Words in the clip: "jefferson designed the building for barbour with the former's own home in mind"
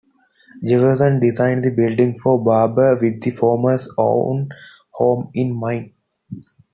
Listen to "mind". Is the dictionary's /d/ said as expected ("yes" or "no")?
no